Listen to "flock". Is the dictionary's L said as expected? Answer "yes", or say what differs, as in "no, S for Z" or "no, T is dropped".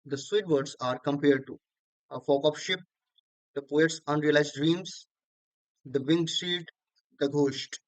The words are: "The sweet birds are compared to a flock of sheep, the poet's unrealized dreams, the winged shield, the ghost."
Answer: no, L is dropped